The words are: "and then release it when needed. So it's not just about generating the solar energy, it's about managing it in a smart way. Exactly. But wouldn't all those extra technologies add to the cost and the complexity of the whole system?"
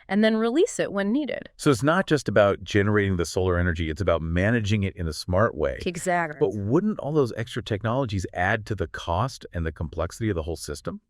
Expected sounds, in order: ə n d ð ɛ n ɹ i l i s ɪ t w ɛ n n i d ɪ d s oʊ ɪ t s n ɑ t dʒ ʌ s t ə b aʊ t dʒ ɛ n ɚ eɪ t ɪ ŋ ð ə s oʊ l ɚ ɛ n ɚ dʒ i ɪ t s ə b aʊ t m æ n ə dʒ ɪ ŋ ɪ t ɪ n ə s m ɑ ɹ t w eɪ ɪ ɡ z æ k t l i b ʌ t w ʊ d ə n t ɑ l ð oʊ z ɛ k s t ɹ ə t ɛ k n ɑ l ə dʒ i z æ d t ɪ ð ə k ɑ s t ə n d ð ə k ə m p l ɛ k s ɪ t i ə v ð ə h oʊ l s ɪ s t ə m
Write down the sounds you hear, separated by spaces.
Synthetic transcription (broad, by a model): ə n ð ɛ n ɹ i l i s ɪ t w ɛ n n i d ɪ d s oʊ ɪ t s n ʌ t dʒ ʌ s t ə b aʊ t dʒ ɛ n ɚ eɪ t ɪ ŋ ð ə s oʊ l ɚ ɛ n ɚ dʒ i ɪ t s ə b aʊ t m æ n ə dʒ ɪ ŋ ɪ t ɪ n ə s m ɑ ɹ t w eɪ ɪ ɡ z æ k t b ʌ t w ʊ d n t ɑ l ð oʊ z ɛ k s t ɹ ə t ɛ k n ɑ l ə dʒ i z æ d t ɪ ð ə k ɑ s t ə n ð ə k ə m p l ɛ k s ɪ t i ə v ð ə h oʊ l s ɪ s t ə m